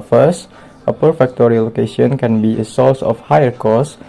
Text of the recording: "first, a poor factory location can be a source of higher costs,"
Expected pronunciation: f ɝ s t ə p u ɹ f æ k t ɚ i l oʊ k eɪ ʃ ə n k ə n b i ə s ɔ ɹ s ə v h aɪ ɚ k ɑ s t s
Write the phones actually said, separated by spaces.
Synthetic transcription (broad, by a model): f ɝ s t ə p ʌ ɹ f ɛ k t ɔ i l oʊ k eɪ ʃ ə n k ə n b i ə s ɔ l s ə f h aɪ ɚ k ɑ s s